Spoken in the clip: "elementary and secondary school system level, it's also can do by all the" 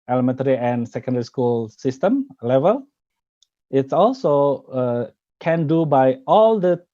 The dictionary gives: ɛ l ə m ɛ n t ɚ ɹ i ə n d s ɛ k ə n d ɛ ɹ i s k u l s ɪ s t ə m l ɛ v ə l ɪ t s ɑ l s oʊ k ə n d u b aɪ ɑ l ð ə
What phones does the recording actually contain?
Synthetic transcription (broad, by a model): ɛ l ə m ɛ n t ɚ ɹ i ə n s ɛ k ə n d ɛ ɹ i s k u l s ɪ s t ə m l ɛ v ə l ɪ t s ɑ l s oʊ k ə n d u b aɪ ɑ l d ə